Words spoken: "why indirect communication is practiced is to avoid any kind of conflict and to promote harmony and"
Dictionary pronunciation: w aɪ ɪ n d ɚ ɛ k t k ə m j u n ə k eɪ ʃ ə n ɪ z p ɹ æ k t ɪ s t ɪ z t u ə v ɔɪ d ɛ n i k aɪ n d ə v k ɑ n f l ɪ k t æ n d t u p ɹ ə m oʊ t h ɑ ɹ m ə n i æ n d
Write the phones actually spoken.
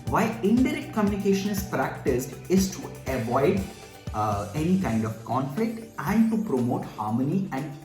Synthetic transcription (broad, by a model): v aɪ ɪ n d ɚ ɛ k t k ə m j u n ə k eɪ ʃ ə n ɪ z p ɹ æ k t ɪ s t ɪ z t u ə v ɔɪ d ɛ n i k aɪ n d ə v k ɑ n f l ɪ k t æ n d t u p ɹ ə m oʊ t h ɑ ɹ m ə n i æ n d